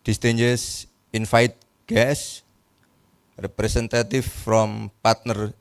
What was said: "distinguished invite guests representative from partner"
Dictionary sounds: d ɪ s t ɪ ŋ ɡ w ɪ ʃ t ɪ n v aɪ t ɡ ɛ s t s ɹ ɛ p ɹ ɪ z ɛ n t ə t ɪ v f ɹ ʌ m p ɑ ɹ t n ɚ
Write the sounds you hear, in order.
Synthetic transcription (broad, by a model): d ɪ s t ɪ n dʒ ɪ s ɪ n f aɪ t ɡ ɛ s s ɹ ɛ p ɹ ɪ s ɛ n t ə t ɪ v f ɹ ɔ m p ɑ ɹ t n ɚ